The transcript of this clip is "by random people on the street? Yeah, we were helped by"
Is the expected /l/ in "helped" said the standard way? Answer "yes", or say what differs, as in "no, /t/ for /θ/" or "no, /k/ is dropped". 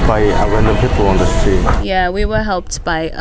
yes